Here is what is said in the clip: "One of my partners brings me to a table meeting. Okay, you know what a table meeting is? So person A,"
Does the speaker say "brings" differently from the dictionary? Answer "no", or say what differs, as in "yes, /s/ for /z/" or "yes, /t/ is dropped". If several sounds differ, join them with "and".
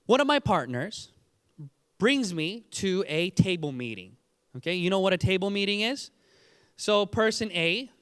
no